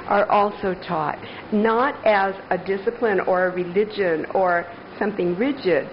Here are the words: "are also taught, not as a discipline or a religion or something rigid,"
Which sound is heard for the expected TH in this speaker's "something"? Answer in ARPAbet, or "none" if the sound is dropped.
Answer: TH